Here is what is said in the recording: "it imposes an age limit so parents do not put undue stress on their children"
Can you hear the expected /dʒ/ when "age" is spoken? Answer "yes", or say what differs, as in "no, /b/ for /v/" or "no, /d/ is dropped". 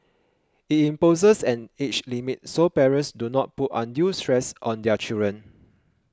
no, /tʃ/ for /dʒ/